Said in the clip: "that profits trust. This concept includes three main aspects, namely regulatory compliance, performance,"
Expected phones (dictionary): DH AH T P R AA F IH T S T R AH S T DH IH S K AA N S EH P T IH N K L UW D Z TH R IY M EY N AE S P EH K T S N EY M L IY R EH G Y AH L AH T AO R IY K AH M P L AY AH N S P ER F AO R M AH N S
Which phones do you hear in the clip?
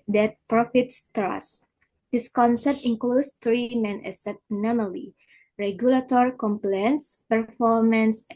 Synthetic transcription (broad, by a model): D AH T P R AA F IH T S T R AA S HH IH S K AA N S EH P T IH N K L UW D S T R IY M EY N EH S EH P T N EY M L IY R EH G Y AH L AH T AO R IY K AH M P L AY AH N S P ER F AO R M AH N S